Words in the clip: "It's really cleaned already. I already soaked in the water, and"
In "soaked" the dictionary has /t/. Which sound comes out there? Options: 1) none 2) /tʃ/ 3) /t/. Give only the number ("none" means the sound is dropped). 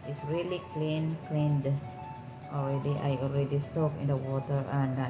1